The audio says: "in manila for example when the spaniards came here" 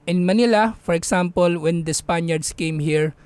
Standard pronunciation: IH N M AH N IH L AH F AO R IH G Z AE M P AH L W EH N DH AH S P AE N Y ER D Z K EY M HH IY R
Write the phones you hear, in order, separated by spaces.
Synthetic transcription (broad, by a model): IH N M AH N IH L AH F AO R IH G S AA M P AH L W EH N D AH S P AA N Y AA D S K EY M HH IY R